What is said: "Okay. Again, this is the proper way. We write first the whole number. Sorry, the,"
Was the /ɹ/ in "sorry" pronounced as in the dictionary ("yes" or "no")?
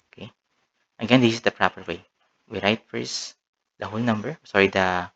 yes